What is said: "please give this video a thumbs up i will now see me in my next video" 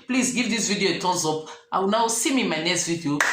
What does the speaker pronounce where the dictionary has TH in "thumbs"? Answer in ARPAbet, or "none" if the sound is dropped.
T